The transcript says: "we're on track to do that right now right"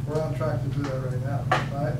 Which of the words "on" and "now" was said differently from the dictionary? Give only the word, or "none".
on